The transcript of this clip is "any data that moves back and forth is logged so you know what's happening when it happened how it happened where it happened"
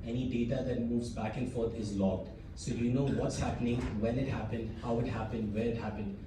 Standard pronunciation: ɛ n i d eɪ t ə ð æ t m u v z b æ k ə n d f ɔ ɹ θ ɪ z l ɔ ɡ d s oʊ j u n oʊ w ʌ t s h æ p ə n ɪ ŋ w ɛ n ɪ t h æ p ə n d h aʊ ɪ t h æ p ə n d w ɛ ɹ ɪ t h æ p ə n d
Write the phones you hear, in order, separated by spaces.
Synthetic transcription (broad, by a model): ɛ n i d eɪ t ə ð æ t m u v z b æ k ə n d f ɔ ɹ t ɪ z l ɔ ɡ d s oʊ j u n oʊ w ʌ t s h æ p ə n ɪ ŋ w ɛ n ɪ t h æ p ə n d h aʊ ɪ t h æ p ə n d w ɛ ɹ ɪ t h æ p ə n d